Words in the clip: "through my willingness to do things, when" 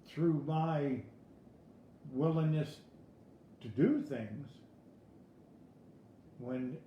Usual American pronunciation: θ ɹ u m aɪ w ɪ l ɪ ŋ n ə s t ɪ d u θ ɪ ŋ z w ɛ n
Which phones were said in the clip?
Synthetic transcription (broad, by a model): θ ɹ u m aɪ w ɪ l ɪ ŋ n ə s t ɪ d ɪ θ ɪ ŋ z w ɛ n